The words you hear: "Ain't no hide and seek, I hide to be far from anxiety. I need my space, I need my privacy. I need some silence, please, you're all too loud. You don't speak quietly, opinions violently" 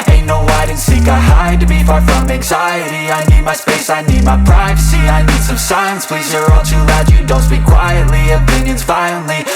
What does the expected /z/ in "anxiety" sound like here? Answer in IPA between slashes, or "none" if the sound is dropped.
/z/